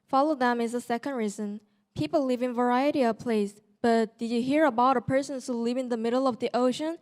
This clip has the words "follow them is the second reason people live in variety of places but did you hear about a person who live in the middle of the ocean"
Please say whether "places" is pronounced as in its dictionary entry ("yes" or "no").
no